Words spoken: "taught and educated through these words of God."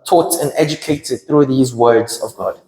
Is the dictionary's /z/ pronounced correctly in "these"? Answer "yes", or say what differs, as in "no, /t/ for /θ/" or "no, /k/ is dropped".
yes